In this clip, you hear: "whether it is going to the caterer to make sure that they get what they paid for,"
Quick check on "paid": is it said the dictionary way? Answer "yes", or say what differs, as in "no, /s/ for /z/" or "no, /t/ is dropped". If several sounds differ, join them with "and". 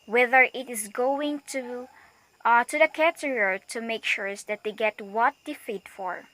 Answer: no, /f/ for /p/